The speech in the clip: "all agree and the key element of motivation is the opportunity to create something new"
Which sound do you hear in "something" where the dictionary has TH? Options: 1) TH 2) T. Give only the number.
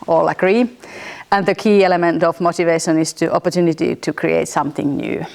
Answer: 1